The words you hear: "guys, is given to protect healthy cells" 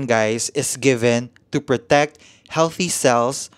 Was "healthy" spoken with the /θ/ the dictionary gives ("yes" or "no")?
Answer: yes